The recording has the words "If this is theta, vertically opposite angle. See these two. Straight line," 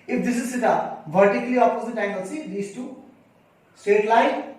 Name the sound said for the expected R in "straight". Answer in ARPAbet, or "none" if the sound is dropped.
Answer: none